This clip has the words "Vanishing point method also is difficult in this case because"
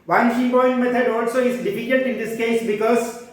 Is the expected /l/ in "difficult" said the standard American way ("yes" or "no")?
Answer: no